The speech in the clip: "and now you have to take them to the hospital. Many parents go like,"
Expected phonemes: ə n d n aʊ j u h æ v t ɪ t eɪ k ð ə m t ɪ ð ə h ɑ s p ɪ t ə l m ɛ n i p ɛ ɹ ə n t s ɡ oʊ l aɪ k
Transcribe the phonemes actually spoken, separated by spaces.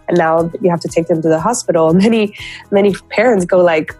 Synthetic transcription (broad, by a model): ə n n aʊ j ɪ h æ f t ɪ t eɪ k ð ə m t ɪ ð ə h ɑ s p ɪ t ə n m ɛ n i p ɛ ɹ ə n t s ɡ oʊ l aɪ k